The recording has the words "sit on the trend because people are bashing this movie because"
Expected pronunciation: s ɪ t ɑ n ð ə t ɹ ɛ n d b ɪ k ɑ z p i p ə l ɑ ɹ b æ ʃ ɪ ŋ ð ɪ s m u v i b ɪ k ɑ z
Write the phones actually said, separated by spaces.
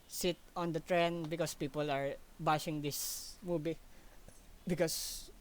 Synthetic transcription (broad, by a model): s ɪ t ɑ n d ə t ɹ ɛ n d b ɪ k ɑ s p i p ə l ɑ ɹ b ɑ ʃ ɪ ŋ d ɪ s m u b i b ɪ k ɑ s